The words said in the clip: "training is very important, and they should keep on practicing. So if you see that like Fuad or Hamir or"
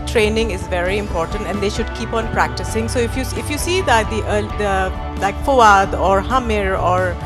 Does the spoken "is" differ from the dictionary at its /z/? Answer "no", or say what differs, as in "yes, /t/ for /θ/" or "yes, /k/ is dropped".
no